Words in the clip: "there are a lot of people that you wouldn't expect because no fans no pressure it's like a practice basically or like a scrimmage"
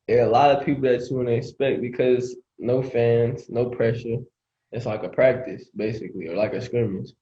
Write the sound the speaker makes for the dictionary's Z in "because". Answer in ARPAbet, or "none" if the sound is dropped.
Z